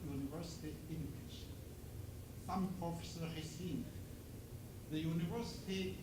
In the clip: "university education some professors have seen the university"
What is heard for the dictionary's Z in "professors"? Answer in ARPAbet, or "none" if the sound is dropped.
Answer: none